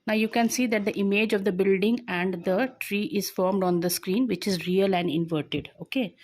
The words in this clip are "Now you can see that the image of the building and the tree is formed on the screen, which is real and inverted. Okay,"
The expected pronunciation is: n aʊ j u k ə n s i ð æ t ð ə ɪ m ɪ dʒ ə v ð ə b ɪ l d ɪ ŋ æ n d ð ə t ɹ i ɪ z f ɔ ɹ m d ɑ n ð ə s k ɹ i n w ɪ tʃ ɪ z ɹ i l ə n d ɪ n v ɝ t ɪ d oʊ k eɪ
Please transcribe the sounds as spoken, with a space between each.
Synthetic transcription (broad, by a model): n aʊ j u k ə n s i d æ t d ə ɪ m ɪ dʒ ə v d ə b ɪ l d ɪ ŋ æ n d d ə t ɹ i ɪ z f ɔ ɹ m d ɑ n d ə s k ɹ i n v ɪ tʃ ɪ z ɹ i l ə n d ɪ n v ɝ t ɪ d oʊ k eɪ